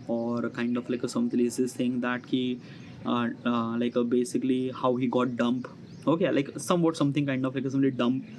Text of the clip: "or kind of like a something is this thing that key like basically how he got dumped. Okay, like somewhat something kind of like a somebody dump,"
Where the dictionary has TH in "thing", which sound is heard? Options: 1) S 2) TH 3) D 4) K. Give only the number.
1